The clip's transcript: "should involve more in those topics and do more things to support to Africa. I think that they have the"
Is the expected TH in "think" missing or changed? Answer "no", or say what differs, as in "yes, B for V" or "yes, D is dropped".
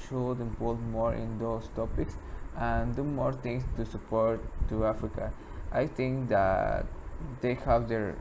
yes, T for TH